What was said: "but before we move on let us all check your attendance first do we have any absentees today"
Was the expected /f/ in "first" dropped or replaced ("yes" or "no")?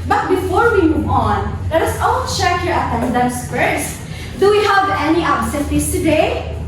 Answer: yes